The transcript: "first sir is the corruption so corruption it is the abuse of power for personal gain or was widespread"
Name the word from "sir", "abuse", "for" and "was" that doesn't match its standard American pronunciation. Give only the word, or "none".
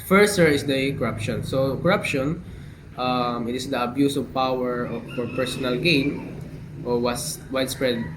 was